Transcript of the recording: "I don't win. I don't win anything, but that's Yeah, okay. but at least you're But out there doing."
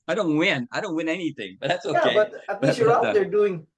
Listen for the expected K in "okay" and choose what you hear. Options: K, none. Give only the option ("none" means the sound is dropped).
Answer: none